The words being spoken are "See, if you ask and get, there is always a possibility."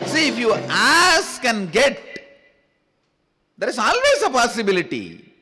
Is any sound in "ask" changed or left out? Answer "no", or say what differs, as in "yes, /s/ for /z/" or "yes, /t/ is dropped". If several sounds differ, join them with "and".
no